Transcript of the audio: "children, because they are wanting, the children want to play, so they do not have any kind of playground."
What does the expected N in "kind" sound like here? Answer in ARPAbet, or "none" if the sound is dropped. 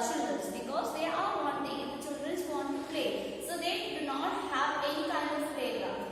none